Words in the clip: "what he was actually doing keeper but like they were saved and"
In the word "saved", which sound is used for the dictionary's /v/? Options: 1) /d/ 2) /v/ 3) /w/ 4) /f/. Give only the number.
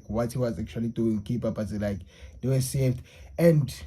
4